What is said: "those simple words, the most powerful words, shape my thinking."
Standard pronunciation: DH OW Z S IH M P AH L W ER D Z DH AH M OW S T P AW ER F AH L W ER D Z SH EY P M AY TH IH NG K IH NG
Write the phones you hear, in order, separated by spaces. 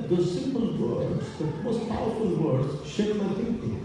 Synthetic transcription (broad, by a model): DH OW S IH M P AH L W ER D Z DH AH M OW S T P AW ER F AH L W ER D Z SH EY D M AY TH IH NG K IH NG